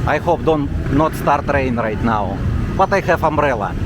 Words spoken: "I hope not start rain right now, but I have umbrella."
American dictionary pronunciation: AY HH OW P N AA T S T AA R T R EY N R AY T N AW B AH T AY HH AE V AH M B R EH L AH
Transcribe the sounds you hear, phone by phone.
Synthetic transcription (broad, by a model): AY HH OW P N AA T S T AA R T R EY N R AY T N AW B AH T AY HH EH F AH M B R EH L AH